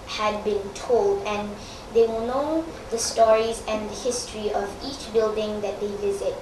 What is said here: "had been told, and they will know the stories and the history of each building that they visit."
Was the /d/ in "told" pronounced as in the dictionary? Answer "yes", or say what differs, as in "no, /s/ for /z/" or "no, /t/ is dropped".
yes